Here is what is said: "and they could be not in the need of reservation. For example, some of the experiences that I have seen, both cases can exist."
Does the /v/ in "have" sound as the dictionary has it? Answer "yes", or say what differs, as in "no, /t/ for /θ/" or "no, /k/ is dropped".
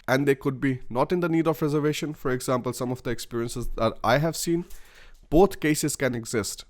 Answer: yes